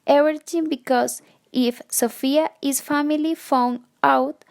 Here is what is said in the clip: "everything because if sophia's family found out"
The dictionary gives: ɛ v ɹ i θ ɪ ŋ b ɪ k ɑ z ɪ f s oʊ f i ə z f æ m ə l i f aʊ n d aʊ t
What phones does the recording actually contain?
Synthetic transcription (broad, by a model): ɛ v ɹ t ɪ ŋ b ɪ k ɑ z ɪ f s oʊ f i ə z f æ m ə l i f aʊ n aʊ t